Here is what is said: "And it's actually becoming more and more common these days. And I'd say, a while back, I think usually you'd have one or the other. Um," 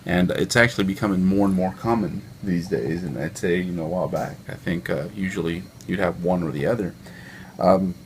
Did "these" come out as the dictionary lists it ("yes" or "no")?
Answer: yes